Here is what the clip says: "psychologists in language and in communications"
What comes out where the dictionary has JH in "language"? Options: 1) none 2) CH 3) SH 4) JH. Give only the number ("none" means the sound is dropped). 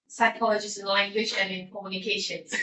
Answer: 3